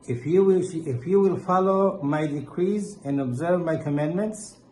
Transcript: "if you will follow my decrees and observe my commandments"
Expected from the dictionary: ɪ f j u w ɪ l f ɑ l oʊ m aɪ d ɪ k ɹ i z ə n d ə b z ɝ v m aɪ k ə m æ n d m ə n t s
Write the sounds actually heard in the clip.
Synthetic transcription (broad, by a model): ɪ f j u w ɪ l f ɑ l oʊ m aɪ d ɪ k ɹ i z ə n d ə b z ɝ v m aɪ k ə m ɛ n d m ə n t s